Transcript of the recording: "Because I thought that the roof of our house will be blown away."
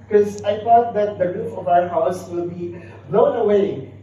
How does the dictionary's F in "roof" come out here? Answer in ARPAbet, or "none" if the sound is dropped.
P